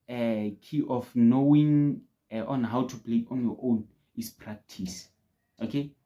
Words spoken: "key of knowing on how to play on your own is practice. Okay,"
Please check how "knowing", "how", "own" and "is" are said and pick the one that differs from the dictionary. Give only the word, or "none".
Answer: is